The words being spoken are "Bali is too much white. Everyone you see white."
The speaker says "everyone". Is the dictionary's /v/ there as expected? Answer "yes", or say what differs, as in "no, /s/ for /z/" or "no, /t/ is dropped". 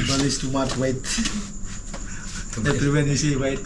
no, /v/ is dropped